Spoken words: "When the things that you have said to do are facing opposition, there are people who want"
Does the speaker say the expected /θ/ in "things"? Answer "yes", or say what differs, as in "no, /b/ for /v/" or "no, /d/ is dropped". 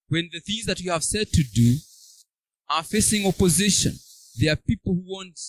yes